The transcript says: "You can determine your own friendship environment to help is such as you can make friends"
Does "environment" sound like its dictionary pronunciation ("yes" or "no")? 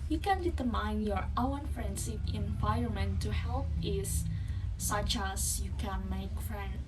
no